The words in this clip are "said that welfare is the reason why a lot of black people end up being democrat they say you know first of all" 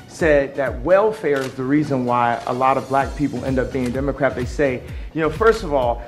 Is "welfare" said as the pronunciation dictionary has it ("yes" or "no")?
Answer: yes